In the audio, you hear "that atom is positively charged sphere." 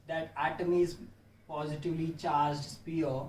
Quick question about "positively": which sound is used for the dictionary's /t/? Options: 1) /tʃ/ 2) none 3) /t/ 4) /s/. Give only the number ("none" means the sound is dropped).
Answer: 3